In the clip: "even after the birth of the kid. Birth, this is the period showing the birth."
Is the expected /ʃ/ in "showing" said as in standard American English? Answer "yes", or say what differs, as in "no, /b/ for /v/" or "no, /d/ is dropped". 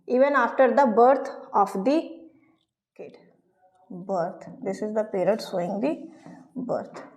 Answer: no, /s/ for /ʃ/